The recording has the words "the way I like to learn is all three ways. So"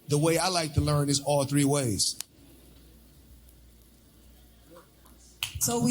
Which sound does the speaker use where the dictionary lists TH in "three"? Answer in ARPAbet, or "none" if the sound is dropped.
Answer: TH